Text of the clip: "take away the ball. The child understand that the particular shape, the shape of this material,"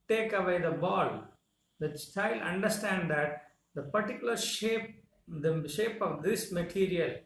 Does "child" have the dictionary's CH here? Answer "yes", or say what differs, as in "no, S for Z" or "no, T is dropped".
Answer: no, S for CH